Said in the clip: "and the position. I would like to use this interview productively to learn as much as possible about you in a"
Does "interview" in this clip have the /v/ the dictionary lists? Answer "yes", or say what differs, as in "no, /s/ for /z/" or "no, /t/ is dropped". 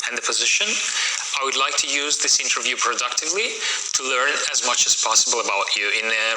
yes